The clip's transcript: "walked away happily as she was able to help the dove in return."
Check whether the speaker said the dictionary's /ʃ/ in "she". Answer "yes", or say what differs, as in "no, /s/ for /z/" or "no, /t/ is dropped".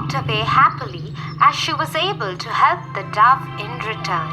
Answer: yes